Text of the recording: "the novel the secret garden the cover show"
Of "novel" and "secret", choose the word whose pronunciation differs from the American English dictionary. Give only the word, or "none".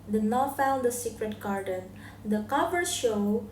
novel